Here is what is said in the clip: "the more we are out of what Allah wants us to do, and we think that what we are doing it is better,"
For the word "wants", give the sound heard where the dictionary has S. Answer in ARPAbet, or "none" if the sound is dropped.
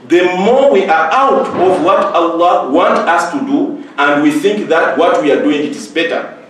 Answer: none